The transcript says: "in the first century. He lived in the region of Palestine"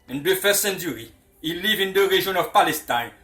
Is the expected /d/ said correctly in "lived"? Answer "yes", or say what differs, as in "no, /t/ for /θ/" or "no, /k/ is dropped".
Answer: no, /d/ is dropped